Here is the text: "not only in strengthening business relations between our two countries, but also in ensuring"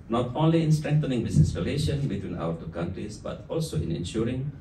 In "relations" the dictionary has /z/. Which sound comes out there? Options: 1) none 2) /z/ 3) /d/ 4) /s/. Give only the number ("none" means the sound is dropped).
1